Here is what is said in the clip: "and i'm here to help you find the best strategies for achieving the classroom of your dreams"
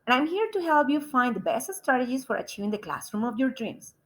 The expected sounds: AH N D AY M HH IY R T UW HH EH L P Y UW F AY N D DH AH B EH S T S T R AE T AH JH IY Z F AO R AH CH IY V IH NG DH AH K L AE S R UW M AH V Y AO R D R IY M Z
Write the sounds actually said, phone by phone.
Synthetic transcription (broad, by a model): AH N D AY M HH IY R T UW HH EH L P Y UW F AY N D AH B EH S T S T R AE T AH JH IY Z F AO R AH CH IY V IH NG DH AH K L AE S R UW M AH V Y AO R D R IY M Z